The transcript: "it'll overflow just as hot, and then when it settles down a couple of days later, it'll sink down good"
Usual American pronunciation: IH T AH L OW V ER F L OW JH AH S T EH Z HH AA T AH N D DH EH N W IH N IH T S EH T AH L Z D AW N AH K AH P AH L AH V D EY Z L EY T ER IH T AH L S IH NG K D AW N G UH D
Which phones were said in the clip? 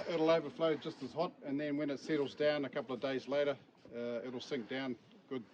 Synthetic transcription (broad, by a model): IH T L OW V ER F L OW JH AH S T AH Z HH AA T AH N DH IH N W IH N IH T S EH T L Z D AW N AH K AH P L AH V D EY Z L EY T ER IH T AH L S IH NG K D AW N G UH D